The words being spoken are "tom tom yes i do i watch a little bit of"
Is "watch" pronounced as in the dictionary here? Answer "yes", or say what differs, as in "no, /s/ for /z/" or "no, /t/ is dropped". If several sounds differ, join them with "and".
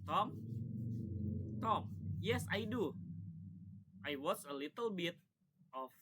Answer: no, /s/ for /tʃ/